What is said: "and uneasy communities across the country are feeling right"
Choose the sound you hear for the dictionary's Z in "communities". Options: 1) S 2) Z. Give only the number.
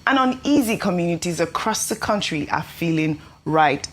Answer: 2